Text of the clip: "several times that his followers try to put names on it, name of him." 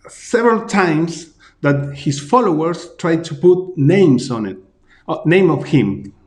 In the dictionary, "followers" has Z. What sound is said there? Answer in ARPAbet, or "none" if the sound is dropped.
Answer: S